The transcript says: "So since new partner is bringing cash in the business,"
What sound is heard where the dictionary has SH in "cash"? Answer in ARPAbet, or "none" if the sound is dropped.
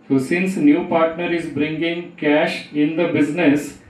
SH